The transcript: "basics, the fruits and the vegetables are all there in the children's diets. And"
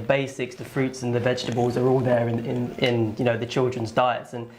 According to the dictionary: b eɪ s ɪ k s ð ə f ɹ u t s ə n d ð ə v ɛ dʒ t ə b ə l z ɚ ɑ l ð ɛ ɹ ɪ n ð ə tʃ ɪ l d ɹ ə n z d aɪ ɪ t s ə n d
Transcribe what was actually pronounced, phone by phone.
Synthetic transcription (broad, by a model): b eɪ s ɪ k s ð ə f ɹ u t s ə n ð ə v ɛ dʒ t ə b ə l z ɚ ɑ l ð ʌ ɹ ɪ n ð ə tʃ ɪ l d ɹ ə n z d aɪ ɪ t s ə n